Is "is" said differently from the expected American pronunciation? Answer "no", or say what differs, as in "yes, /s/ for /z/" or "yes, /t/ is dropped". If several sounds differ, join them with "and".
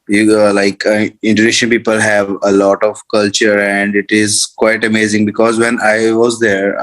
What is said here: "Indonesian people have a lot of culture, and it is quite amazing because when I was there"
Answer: no